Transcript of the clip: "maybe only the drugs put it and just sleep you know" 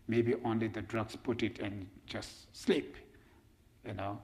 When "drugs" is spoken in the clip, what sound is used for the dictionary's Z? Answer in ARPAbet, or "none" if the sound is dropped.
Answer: S